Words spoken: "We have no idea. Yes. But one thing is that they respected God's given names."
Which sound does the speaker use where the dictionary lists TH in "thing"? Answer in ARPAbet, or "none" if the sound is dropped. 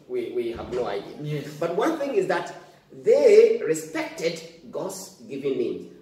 TH